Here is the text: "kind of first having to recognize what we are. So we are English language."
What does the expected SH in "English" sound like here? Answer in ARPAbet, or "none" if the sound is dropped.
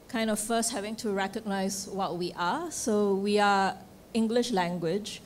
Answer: SH